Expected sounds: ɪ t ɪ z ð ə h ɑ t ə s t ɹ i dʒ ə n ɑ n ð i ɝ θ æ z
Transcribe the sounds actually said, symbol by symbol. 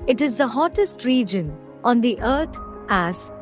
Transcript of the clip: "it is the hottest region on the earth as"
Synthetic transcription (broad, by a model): ɪ t ɪ z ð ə h ɑ t ə s t ɹ i dʒ ə n ɑ n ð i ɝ t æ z